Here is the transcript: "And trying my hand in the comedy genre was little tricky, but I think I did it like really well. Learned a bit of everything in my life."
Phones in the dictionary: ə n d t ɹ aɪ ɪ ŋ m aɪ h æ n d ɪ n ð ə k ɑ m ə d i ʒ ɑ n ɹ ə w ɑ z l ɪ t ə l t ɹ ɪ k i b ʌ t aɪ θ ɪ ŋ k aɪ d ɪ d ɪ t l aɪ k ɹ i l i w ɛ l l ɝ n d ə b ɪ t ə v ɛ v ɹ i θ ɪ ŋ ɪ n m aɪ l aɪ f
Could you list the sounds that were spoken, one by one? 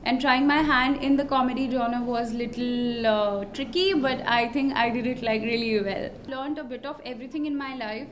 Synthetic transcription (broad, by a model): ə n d t ɹ aɪ ɪ ŋ m aɪ h æ n d ɪ n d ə k ɑ m ə d i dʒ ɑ n ə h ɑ z l ɪ t ə l t ɹ ɪ k i b ʌ t aɪ t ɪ ŋ k aɪ d ɪ d ɪ t l aɪ k ɹ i l i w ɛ l l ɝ n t ə b ɪ t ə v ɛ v ɹ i t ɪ ŋ ɪ n m aɪ l aɪ f